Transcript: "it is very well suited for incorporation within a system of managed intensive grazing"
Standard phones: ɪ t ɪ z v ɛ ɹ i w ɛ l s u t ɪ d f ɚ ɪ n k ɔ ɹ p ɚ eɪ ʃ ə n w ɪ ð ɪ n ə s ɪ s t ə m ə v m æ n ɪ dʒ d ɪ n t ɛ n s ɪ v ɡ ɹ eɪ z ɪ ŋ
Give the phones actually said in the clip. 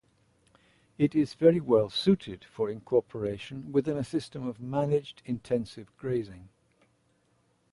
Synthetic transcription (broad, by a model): ɪ t ɪ z v ɛ ɹ i w ɛ l s u t ɪ d f ɚ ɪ n k ɔ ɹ p ɚ eɪ ʃ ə n w ɪ ð ɪ n ə s ɪ s t ə m ə v m æ n ɪ dʒ d ɪ n t ɛ n s ɪ v ɡ ɹ eɪ z ɪ ŋ